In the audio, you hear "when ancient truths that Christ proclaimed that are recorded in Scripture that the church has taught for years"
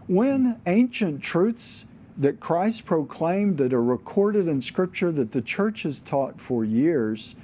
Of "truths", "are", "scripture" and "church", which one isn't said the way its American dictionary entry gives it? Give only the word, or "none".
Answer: none